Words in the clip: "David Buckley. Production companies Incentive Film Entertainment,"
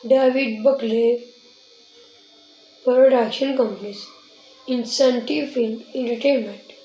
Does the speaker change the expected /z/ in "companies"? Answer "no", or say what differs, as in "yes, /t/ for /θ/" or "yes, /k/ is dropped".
yes, /s/ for /z/